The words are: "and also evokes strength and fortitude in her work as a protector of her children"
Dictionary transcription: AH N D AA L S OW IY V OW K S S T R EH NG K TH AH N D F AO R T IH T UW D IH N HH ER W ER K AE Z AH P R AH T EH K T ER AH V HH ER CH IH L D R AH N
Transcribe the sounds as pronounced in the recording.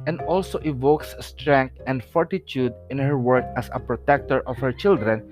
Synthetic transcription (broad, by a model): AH N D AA L S OW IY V OW K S S T R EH NG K T AH N D F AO R T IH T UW D IH N HH ER W ER K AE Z AH P R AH T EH K T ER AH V HH ER CH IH L D R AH N